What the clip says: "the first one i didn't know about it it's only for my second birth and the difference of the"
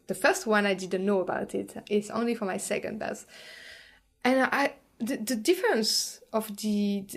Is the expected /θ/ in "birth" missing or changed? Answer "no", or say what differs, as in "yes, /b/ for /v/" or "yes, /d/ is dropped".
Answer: yes, /s/ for /θ/